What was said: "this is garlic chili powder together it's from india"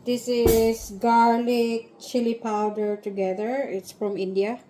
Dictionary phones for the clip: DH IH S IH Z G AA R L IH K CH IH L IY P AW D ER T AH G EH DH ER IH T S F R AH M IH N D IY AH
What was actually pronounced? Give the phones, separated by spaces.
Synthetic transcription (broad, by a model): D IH S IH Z G AA R L IH K CH IH L IY P AW D ER T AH G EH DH ER IH T S F R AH M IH N D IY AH